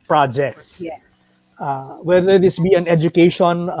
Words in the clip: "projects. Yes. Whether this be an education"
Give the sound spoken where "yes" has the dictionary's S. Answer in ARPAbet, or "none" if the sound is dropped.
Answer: none